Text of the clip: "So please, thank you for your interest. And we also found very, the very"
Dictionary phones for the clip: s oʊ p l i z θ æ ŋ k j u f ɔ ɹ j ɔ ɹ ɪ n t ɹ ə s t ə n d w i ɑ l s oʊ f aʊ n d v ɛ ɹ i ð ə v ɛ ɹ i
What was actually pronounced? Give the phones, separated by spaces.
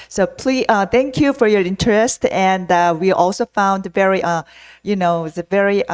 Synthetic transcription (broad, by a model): s oʊ p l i θ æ ŋ k j u f ɔ ɹ j ɔ ɹ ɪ n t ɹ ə s t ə n d w i ɑ l s oʊ f aʊ n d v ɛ ɹ i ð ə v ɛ ɹ i